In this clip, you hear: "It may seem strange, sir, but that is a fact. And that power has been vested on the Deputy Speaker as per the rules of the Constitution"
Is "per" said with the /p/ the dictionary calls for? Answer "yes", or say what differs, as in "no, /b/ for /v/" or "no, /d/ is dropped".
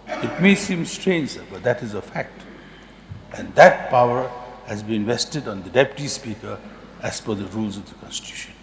no, /f/ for /p/